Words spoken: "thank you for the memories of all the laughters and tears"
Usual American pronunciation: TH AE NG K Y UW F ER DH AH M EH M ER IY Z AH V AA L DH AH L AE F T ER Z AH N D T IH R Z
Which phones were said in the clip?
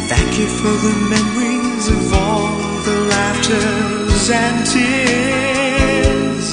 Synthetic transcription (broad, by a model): TH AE NG K Y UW F ER DH AH M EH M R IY Z AH V AA L DH AH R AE P T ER Z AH N T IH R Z